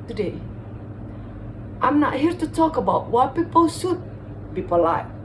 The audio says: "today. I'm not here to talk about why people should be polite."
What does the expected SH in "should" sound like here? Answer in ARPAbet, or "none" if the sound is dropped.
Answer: S